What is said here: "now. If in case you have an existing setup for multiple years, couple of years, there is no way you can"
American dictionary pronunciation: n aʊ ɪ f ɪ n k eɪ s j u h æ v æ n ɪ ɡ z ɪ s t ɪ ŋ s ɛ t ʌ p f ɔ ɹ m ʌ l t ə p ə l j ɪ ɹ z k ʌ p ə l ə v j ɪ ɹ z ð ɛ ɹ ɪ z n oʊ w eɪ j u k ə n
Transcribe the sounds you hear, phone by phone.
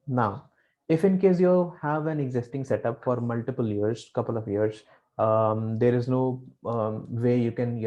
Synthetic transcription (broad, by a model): n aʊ ɪ f ɪ n k eɪ s j u h æ v æ n ɪ ɡ z ɪ s t ɪ ŋ s ɛ t ʌ p f ɔ ɹ m ʌ l t ə p ə l j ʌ ɹ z k ʌ p ə l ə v j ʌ ɹ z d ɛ ɹ ɪ z n oʊ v eɪ j u k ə n